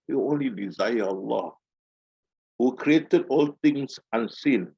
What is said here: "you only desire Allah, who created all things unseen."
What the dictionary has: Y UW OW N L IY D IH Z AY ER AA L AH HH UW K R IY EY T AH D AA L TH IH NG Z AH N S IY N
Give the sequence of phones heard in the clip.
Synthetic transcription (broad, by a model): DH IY OW N L IY D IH Z AY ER AA L AH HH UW K R IY EY T AH D AA L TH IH NG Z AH N S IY N